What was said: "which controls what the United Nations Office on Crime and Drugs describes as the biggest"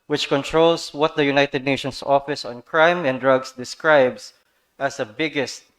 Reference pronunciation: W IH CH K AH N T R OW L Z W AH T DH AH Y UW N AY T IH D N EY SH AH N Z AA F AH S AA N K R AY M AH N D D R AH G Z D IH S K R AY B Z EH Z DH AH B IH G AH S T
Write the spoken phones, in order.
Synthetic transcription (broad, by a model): W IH CH K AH N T R OW L S W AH T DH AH Y UW N AY T IH D N EY SH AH N S AA F AH S AA N K R AY M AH N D D R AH G S D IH S K R AY B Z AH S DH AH B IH G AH S T